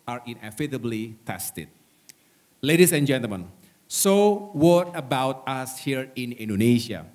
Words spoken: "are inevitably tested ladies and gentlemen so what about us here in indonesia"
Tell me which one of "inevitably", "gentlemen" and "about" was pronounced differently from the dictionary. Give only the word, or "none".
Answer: inevitably